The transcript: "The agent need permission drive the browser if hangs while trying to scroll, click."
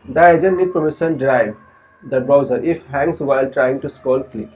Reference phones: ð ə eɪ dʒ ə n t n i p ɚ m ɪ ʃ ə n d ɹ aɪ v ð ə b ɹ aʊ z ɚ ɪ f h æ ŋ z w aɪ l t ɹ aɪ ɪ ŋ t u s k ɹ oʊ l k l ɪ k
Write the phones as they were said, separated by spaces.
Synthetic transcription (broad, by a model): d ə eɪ dʒ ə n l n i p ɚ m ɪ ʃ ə n d ɹ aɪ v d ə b ɹ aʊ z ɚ ɪ f h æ ŋ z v aɪ l t ɹ aɪ ɪ ŋ t u s k oʊ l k l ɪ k